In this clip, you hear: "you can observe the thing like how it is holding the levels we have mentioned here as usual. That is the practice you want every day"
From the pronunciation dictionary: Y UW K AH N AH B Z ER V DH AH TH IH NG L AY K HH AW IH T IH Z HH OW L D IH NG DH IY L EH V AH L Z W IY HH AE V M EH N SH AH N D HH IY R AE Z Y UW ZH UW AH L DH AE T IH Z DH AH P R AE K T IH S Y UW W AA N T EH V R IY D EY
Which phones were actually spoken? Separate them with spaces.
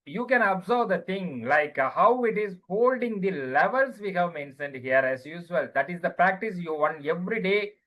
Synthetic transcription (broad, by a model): Y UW K AH N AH B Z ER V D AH T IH NG L AY K HH AW IH T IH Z HH OW L D IH NG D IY L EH V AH L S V IY HH AE V M EH N SH AH N D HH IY R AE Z Y UW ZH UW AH L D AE T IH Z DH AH P R AE K T IH S Y UW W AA N EH V R IY D EY